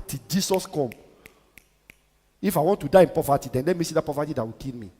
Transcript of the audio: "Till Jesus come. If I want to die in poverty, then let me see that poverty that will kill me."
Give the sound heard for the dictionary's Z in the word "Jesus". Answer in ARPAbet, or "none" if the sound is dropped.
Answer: S